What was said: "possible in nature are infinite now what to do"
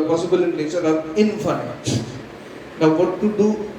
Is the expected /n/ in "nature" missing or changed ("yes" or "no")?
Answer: yes